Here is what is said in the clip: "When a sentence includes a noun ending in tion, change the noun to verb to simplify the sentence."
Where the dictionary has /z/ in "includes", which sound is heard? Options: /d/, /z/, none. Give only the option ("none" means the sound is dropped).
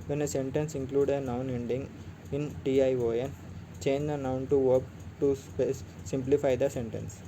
none